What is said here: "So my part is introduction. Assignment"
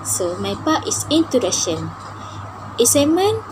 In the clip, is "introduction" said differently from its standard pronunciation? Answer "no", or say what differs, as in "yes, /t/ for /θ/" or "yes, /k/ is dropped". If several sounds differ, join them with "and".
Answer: yes, /ɹ/ is dropped